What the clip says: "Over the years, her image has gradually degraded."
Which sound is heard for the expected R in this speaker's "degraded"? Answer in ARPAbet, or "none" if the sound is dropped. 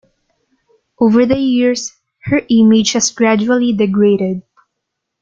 R